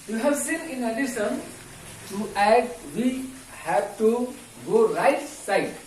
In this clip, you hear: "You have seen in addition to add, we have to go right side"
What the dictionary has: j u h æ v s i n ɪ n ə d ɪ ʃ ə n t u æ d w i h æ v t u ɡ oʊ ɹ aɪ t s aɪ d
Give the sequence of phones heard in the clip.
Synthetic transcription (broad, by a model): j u h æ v s i n ɪ n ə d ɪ s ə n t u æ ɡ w i h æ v t u ɡ oʊ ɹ aɪ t s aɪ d